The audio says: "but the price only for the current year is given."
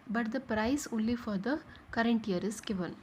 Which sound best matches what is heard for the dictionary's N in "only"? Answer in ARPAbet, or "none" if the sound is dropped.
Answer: none